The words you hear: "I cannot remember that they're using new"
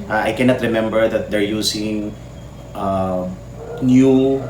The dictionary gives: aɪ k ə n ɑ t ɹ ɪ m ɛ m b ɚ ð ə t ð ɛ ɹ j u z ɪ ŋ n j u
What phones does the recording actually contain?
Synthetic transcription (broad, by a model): aɪ k ə n ɑ t ɹ ɪ m ɛ m b ɚ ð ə t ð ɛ ɹ j u s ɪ ŋ n j u